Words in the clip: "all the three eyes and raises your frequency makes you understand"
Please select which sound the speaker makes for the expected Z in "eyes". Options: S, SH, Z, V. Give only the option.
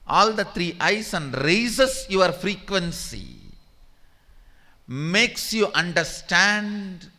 S